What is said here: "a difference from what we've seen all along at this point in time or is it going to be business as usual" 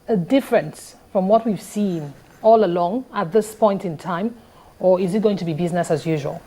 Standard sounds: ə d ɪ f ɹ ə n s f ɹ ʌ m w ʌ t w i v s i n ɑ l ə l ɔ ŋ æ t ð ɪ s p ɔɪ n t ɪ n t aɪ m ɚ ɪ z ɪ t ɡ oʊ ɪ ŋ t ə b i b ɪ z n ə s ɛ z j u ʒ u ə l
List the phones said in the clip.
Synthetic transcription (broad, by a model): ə d ɪ f ɹ ə n s f ɹ ʌ m w ʌ t w i v s i n ɑ l ə l ɔ ŋ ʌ t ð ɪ s p ɔɪ n t ɪ n t aɪ m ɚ ɪ z ɪ t ɡ oʊ ɪ ŋ t ə b i b ɪ z n ə s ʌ z j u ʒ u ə l